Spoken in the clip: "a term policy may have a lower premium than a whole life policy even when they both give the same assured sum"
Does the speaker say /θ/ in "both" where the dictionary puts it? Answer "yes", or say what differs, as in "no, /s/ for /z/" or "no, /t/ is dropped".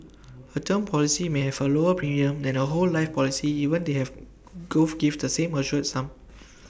no, /f/ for /θ/